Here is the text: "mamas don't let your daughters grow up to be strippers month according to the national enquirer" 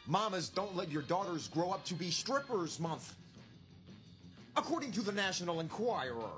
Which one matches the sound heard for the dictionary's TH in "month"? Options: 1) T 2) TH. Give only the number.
2